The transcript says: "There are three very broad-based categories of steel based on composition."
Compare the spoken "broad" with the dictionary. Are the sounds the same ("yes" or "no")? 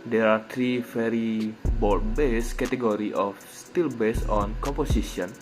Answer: no